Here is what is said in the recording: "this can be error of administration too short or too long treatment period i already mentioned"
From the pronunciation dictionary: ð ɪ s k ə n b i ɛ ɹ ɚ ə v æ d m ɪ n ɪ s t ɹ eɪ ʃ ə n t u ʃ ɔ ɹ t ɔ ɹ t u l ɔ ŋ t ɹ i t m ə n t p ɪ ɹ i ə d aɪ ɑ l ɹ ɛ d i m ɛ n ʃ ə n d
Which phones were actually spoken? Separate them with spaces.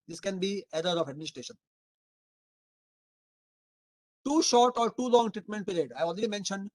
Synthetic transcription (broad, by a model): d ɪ s k ə n b i ɛ ɹ ɚ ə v æ d m ɪ n ɪ s t ɹ eɪ ʃ ə n t u ʃ ɔ ɹ t ɔ ɹ t u l ɔ ŋ t ɹ i t m ə n t p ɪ ɹ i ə d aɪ ɑ l ɹ ɛ d i m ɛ n ʃ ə n d